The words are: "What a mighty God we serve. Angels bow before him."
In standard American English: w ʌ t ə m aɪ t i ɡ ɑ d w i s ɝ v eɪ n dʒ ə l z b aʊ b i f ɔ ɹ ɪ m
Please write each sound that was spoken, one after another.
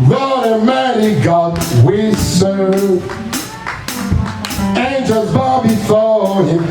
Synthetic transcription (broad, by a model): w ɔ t ə m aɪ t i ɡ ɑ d w i s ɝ eɪ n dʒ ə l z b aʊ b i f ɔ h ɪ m